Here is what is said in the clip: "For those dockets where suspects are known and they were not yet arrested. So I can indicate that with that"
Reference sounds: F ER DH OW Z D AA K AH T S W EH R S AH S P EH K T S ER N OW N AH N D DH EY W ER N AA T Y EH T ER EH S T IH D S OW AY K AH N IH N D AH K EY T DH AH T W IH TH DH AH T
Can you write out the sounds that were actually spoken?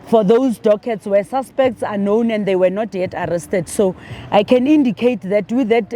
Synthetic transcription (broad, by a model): F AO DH OW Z D AA K AH T S W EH S AH S P EH K T S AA N OW N AH N D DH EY W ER N AA T Y EH T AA EH S T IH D S OW AY K AH N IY N D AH K EY T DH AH T W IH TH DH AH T